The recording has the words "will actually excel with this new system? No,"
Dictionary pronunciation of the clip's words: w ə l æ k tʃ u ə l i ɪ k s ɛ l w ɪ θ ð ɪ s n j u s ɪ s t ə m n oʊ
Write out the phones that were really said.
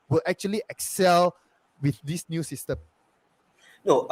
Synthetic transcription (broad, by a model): w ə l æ k tʃ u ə l i ɪ k s ɛ l w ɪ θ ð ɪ s n j u s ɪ s t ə m n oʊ